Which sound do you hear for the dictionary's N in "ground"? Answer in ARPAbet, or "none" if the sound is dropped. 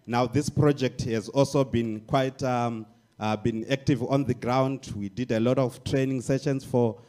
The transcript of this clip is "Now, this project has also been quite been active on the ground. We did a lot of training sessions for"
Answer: N